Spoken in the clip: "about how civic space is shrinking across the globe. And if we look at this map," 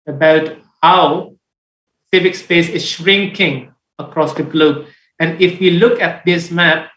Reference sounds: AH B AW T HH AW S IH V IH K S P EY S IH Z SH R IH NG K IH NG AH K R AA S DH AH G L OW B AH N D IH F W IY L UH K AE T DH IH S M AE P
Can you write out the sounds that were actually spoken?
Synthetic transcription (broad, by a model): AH B AW T HH AW S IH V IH K S P EY S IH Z SH R IH NG K IH NG AH K R AA S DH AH G L OW B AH N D IH F W IY L UH K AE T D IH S M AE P